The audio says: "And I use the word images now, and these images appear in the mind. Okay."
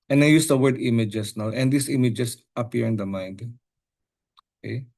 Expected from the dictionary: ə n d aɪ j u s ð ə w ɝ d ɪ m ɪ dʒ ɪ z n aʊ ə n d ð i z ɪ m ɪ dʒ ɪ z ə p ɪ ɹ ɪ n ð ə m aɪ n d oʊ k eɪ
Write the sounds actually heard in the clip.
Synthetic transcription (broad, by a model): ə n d aɪ j u s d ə w ɝ d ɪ m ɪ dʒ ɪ s n aʊ ə n d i s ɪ m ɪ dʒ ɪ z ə p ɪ ɹ ɪ n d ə m aɪ n d oʊ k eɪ